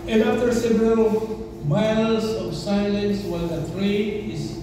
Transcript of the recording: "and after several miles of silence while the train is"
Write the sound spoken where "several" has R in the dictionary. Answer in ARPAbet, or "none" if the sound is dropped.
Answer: R